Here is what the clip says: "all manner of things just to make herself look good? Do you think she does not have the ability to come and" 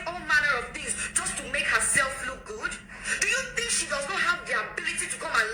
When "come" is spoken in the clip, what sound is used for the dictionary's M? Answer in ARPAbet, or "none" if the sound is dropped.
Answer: none